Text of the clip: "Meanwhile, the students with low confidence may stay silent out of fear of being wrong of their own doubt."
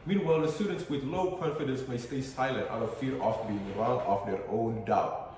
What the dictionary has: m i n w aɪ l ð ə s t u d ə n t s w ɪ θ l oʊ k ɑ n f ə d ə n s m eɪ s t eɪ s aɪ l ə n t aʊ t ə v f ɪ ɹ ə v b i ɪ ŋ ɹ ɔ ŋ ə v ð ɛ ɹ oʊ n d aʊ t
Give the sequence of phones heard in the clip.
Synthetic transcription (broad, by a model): m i n w aɪ l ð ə s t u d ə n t s w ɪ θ l oʊ k ɑ n f ə d ə n s m eɪ s t eɪ s aɪ l ə n t aʊ t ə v f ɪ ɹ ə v b i ɪ ŋ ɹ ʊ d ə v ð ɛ ɹ oʊ n d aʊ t